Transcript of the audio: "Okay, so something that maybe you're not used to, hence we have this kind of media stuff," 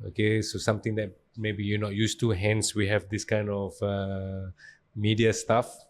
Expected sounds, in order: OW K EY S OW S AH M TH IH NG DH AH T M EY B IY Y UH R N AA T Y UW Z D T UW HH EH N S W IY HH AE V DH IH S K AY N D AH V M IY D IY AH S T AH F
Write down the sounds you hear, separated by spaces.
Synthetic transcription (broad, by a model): OW K EY S OW S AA M T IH NG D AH T M EY B IY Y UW N AA T Y UW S T UW HH EH N S W IY HH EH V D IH S K AY N D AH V M IY D IY AH S T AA F